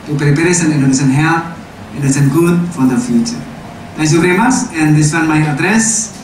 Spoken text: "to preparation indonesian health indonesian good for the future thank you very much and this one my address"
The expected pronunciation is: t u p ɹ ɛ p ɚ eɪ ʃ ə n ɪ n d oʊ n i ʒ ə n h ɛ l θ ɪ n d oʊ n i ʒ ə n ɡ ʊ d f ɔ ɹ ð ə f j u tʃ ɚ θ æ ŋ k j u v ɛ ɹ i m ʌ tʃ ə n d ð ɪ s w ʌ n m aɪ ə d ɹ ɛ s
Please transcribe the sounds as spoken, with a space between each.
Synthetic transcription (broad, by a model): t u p ɹ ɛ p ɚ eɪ s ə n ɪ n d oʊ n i s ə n h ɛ l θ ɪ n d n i s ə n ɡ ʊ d f ɔ ɹ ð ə f j u tʃ ɚ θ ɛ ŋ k j u v ɛ ɹ i m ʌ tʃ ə n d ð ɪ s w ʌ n m aɪ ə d ɹ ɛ s